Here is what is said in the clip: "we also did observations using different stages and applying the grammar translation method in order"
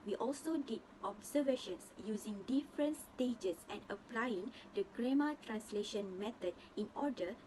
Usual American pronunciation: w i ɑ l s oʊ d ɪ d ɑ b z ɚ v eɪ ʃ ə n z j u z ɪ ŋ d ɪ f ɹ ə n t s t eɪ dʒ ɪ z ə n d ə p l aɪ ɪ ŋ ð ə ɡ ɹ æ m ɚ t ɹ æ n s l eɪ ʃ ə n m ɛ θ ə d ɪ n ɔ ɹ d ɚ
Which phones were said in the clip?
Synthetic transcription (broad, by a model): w i ɑ l s oʊ d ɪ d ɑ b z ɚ v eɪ ʃ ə n s j u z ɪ ŋ d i f ɹ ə n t s t eɪ dʒ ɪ s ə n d ə p l aɪ ɪ ŋ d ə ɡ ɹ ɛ m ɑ t ɹ æ n s l eɪ ʃ ə n m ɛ t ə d ɪ n ɔ d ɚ